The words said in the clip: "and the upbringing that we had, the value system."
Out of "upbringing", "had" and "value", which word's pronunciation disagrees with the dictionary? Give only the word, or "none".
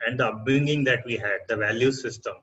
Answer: upbringing